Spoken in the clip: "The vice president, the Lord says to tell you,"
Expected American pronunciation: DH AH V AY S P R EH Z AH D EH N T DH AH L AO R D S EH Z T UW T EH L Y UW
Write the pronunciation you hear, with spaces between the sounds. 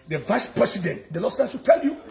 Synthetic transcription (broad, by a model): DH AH V AY S P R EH S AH D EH N T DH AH L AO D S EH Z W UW T EH L Y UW